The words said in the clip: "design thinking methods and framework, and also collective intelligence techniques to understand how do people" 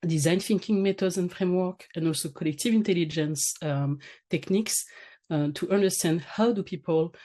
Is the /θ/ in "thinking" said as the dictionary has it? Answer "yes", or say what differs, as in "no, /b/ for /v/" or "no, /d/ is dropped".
no, /f/ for /θ/